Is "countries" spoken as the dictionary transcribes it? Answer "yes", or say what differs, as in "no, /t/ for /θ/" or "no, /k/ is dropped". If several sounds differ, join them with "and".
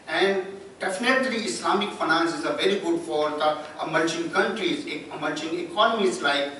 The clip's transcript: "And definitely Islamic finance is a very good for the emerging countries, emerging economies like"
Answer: yes